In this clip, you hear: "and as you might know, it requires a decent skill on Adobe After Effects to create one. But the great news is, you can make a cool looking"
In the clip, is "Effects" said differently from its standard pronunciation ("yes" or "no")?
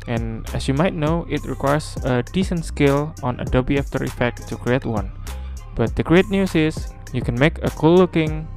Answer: yes